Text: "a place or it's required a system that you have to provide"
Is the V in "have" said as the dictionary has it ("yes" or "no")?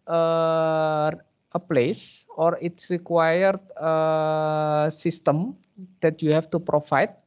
no